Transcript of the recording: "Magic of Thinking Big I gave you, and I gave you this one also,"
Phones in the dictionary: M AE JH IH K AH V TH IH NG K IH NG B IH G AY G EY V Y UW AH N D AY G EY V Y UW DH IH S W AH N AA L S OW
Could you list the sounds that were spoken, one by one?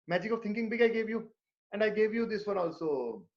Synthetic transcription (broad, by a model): M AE JH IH K AH V T IH NG K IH NG B IH G AY G EY V Y UW AH N D AY G EY V Y UW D IH S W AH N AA L S OW